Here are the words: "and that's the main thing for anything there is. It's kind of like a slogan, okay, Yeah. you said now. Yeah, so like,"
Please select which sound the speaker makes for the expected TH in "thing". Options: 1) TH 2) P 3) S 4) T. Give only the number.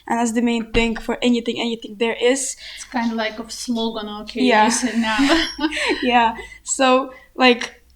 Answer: 1